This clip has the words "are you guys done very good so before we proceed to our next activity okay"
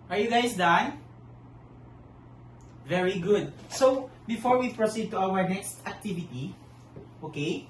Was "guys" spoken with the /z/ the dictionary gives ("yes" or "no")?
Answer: no